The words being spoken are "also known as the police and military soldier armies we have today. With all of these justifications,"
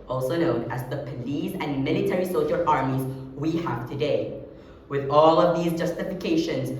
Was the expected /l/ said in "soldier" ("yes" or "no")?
no